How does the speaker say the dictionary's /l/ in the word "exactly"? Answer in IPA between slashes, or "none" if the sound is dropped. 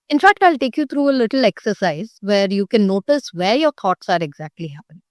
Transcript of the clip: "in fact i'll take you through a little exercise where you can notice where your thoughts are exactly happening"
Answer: /l/